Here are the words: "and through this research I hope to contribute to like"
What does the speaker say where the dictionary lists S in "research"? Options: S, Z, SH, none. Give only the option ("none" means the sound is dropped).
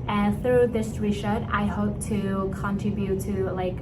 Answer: SH